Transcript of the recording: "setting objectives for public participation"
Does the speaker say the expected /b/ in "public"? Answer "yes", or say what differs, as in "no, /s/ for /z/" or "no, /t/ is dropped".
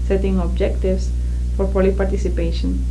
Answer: no, /b/ is dropped